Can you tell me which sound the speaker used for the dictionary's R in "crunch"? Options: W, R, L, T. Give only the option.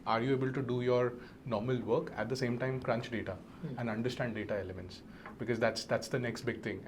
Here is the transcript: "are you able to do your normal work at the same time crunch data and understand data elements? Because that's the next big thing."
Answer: R